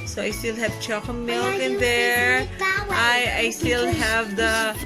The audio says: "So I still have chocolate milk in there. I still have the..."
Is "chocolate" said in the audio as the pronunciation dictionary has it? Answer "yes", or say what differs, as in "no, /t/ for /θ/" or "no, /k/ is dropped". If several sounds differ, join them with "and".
no, /l/ is dropped